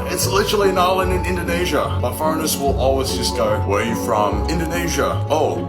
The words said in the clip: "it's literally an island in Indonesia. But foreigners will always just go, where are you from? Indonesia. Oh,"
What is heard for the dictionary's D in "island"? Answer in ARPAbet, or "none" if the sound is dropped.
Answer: none